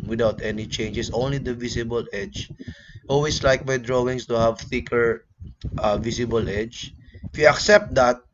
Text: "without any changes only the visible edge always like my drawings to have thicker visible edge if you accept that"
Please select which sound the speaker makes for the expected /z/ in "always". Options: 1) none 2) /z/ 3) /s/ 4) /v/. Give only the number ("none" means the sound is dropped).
3